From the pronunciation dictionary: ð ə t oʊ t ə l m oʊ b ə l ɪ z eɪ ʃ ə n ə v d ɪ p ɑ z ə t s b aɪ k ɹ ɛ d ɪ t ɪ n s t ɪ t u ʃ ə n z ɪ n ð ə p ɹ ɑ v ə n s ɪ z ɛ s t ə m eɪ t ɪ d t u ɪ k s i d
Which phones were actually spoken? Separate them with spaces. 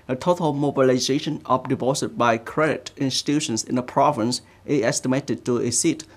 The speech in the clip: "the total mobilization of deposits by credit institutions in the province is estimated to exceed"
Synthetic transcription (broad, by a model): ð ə t oʊ t ə l m oʊ b ə l ɪ z eɪ ʃ ə n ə p d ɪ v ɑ s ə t b aɪ k ɹ ɛ d ɪ t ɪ n s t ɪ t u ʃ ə n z ɪ n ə p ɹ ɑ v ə n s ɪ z ɛ s t ə m eɪ t ɪ d t u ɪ s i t